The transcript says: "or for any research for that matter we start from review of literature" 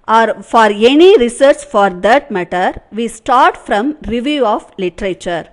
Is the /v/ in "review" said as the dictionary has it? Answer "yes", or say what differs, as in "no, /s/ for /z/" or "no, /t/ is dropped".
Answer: yes